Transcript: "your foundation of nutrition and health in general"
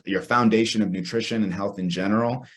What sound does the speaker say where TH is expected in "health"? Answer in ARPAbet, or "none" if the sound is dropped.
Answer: TH